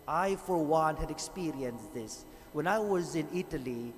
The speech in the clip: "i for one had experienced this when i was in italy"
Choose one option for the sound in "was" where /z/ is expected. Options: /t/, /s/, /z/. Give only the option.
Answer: /z/